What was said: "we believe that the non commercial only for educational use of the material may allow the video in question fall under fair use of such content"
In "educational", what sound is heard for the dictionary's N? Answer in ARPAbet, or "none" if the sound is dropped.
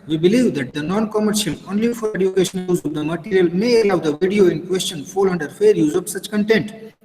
none